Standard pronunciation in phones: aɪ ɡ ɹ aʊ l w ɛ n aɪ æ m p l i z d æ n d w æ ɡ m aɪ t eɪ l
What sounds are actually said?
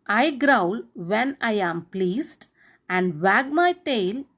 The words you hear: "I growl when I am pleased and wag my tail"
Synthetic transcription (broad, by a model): aɪ ɡ ɹ aʊ l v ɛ n aɪ æ m p l i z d æ n d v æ ɡ m aɪ t eɪ l